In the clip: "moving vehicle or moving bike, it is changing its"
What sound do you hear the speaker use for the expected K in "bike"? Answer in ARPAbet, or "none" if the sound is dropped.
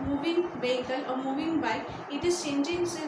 none